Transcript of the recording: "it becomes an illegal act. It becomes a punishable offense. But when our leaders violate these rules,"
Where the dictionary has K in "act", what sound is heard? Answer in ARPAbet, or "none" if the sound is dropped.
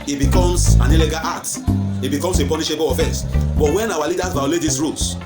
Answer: none